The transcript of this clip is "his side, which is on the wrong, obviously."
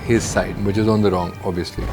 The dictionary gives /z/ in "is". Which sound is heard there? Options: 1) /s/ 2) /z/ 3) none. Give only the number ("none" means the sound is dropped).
2